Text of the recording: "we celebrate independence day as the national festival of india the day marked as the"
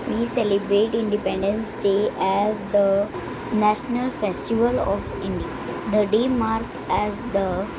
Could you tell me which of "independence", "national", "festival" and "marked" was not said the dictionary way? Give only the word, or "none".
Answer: marked